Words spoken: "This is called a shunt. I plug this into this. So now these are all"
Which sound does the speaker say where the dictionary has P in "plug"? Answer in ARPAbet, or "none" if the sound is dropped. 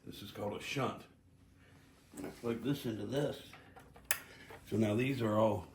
F